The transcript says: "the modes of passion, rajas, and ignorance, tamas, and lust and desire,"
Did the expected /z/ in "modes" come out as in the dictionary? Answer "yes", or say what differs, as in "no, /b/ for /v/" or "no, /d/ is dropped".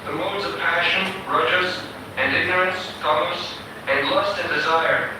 yes